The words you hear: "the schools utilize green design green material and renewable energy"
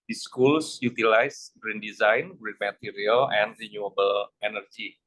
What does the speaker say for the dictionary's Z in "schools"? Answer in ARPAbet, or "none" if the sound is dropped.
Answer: S